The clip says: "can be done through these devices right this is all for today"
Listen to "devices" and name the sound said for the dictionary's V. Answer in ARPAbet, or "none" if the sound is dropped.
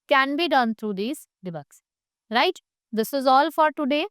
B